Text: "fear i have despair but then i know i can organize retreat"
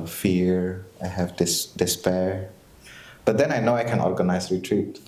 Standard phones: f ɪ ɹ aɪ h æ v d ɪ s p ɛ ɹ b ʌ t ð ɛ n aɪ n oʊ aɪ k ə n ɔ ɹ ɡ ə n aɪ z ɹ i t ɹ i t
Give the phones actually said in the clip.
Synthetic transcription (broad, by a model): f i ɹ aɪ h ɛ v d ɪ s p ɛ ɹ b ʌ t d ɛ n aɪ n oʊ aɪ k ə n ɔ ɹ ɡ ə n aɪ s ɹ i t ɹ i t